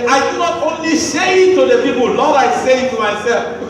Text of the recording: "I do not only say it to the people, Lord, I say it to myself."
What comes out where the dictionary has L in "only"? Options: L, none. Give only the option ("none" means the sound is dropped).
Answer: L